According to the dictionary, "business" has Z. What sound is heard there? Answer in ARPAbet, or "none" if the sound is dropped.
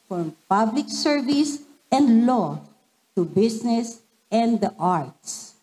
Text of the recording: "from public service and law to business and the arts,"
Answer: S